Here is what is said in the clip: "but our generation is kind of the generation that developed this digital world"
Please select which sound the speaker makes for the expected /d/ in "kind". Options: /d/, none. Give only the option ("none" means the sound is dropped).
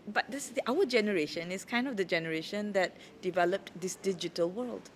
/d/